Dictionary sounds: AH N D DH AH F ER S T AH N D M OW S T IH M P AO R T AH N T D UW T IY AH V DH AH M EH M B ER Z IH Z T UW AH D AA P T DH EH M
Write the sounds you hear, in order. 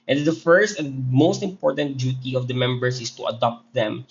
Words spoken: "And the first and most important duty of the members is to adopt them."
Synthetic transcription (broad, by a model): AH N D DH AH F ER S T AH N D M OW S T IH M P AO R T AH N T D UW T IY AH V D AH M EH M B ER S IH S T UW AH D AA P T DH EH M